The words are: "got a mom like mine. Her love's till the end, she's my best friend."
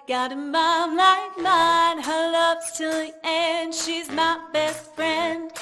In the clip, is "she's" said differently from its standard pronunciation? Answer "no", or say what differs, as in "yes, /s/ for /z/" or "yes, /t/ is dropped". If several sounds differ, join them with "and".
no